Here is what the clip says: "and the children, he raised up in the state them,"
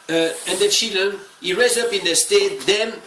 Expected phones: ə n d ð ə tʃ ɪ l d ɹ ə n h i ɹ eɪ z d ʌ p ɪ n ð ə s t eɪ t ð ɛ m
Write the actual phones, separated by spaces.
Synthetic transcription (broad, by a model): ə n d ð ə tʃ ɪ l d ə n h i ɹ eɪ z ʌ p ɪ n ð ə s t eɪ t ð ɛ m